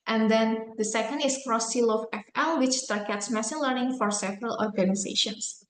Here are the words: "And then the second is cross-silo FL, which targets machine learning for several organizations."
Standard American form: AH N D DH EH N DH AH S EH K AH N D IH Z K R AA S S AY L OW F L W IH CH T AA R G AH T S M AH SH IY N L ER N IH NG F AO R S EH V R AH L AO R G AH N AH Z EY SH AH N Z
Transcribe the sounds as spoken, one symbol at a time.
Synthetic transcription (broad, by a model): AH N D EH N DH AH S EH K AH N D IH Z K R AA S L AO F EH F L W IH CH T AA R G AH T S M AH S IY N L ER N IH NG F AO R S EH V R AH L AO R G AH N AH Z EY SH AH N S